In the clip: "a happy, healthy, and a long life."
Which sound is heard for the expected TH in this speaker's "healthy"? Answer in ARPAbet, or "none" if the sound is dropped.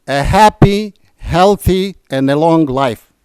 TH